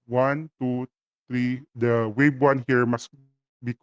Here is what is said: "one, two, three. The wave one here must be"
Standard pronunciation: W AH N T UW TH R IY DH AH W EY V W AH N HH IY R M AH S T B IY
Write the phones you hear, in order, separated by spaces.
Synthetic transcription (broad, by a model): W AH N T UW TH R IY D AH W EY B W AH N HH IY R M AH S B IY